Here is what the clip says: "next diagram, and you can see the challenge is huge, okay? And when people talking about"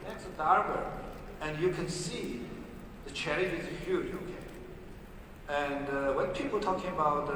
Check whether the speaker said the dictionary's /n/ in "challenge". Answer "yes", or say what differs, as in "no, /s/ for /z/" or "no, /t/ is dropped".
no, /n/ is dropped